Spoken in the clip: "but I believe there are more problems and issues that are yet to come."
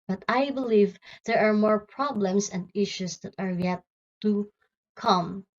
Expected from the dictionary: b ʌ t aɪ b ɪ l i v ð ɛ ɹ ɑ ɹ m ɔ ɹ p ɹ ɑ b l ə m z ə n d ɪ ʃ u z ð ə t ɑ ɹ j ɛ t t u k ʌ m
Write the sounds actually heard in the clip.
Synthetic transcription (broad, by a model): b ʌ t aɪ b ɪ l i v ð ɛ ɹ ɑ ɹ m ɔ ɹ p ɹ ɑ b l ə m s ə n d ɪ ʃ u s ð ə t ɑ ɹ j ɛ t t u k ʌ m